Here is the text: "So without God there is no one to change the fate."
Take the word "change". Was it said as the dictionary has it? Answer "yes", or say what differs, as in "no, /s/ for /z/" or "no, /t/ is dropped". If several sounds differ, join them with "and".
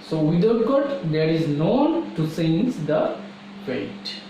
no, /s/ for /tʃ/